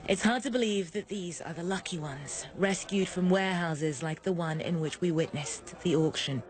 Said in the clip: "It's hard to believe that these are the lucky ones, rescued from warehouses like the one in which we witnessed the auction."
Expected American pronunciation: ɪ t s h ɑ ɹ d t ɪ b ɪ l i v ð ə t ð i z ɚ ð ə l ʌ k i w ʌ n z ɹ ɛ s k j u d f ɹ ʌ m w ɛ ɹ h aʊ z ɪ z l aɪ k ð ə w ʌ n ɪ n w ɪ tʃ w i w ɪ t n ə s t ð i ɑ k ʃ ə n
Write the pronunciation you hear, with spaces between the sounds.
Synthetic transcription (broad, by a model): ɪ t s h ɑ ɹ d t ɪ b ɪ l i v ð ə t ð i z ɚ ð ə l ʌ k i w ʌ n z ɹ ɛ s k j u d f ɹ ʌ m w ɛ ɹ h aʊ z ɪ z l aɪ k ð ə w ʌ n ɪ n w ɪ tʃ w i w ɪ t n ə s ð i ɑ k ʃ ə n